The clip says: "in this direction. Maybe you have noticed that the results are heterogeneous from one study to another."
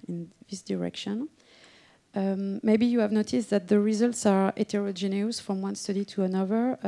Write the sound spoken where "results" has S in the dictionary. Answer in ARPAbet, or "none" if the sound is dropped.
S